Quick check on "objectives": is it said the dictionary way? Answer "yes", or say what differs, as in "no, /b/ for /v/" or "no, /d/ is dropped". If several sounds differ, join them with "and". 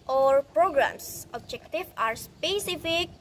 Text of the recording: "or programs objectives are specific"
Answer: no, /z/ is dropped